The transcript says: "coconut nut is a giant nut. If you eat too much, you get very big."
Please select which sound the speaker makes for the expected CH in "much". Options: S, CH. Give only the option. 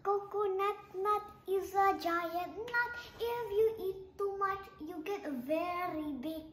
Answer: CH